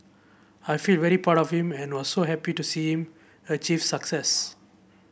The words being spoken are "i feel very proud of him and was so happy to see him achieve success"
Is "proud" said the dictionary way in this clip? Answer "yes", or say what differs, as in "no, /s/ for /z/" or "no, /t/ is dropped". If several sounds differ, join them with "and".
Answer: no, /ɹ/ is dropped